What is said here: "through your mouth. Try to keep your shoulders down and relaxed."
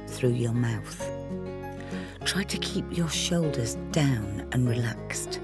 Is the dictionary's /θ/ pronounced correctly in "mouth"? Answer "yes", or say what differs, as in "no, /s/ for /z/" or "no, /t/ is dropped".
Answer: yes